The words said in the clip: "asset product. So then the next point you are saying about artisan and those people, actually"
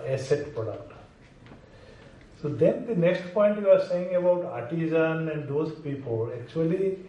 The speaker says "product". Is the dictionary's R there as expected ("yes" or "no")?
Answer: no